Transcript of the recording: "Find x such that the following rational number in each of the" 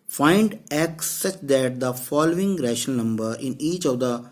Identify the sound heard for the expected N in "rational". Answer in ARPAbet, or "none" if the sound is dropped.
none